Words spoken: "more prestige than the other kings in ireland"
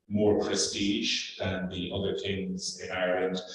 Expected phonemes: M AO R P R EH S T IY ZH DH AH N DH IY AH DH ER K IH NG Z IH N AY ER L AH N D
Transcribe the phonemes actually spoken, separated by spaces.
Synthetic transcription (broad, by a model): M AO R P R EH S T IY ZH DH AH N DH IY AH DH ER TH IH NG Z IH N AY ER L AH N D